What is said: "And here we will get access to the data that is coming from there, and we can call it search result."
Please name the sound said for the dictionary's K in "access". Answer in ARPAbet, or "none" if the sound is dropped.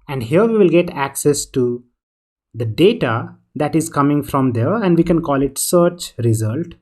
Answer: K